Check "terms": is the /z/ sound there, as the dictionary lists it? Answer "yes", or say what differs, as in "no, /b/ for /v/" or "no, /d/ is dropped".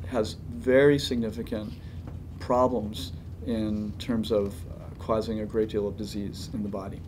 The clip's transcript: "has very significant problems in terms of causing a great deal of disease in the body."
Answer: yes